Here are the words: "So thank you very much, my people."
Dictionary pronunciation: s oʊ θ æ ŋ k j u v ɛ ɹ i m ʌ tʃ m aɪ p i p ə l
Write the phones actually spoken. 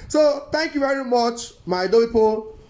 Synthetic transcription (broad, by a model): s oʊ t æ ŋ k j u v ɛ ɹ i m ʌ tʃ m aɪ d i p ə